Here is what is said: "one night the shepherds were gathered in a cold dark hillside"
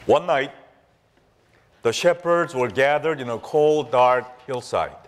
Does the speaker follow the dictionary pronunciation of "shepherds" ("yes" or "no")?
yes